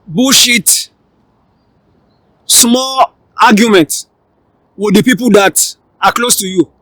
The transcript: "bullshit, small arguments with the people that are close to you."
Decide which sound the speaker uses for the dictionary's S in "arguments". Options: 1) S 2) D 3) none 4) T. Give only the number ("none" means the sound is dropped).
3